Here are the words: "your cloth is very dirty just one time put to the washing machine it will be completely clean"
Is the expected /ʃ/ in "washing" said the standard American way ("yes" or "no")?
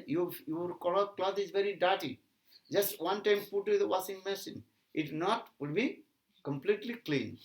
no